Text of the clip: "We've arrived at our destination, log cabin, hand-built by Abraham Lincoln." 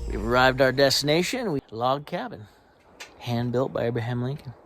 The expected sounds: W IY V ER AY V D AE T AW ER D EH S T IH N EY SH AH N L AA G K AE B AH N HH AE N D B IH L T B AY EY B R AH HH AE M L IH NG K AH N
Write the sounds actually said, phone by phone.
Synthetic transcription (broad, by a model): W IY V ER AY V D AW ER D EH S T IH N EY SH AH N L AA G K AE B AH N HH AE N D B IH L T B AY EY B R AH HH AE M L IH NG K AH N